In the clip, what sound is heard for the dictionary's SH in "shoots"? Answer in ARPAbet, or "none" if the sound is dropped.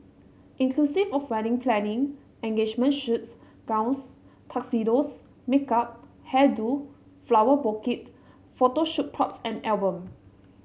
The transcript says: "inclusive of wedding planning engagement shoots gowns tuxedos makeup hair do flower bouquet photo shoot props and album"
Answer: SH